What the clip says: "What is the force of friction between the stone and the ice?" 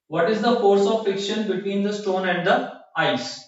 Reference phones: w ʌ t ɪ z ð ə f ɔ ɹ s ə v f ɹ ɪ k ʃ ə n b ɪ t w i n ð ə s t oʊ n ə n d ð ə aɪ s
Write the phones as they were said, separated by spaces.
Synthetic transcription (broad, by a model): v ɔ t ɪ z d ə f ɔ ɹ s ə v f ɪ k ʃ ə n b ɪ t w i n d ə s t oʊ n ə n d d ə aɪ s